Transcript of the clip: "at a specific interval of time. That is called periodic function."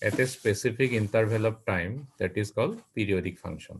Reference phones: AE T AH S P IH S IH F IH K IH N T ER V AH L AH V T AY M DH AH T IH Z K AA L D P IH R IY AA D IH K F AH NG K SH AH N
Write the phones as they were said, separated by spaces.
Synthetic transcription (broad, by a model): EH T AH S P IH S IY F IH K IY N T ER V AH L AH P T AY M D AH T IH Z K AA L D P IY R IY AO D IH K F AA NG K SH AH N